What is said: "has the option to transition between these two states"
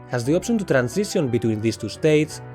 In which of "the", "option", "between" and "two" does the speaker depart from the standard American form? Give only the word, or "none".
option